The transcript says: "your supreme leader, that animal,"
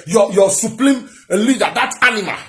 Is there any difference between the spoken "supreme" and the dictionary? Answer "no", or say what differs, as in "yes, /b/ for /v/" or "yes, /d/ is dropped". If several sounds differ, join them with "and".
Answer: yes, /l/ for /ɹ/